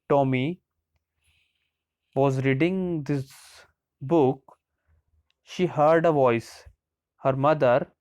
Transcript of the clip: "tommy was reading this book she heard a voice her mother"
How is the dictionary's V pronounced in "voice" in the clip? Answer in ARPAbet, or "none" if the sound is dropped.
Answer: V